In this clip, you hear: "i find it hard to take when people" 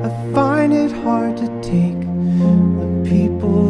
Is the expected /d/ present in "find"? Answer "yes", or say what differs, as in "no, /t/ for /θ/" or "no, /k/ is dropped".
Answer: no, /d/ is dropped